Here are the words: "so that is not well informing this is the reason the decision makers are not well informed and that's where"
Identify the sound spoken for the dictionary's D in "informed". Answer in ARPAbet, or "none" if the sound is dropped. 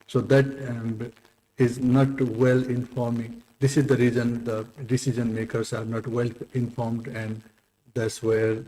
D